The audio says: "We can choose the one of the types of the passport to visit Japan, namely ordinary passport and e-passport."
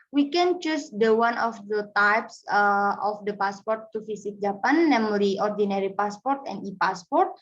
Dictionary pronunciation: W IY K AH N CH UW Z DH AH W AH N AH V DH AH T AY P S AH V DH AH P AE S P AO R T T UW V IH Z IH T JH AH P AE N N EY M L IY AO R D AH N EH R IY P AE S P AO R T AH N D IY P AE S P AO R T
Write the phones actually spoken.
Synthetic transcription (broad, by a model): W IY K AH N CH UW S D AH W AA N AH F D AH T AY P S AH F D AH P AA S P AO R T T UW F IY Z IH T JH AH P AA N N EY M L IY AO R D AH N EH R IY P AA S P AO R T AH N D IY P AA S P AO R T